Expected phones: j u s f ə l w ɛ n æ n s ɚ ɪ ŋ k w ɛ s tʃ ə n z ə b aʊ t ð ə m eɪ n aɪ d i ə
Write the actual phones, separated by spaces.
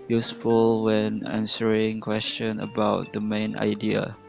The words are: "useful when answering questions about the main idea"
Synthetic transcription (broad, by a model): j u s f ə l w ɛ n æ n s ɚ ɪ ŋ k w ɛ s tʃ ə n ə b aʊ t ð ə m eɪ n aɪ d i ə